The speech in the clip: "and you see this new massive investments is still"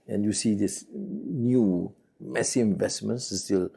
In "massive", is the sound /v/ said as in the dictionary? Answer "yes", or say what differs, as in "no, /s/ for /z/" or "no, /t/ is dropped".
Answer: no, /v/ is dropped